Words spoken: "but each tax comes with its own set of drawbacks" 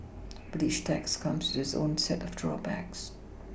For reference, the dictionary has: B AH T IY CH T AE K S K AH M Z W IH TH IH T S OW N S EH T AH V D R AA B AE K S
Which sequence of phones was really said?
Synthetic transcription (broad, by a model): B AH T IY SH T AE K S K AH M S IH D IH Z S OW N S EH T AH V D R AA B AE K S